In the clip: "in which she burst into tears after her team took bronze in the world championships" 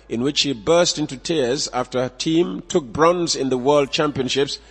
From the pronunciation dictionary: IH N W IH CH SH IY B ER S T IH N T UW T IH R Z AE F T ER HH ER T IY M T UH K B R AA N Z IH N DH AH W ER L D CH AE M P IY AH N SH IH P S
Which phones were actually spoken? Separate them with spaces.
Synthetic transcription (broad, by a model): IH N W IH CH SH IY B ER S T IH N T UW T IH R Z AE F T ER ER T IY M T UH K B R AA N Z IH N DH AH W ER L D CH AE M P IY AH N SH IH P S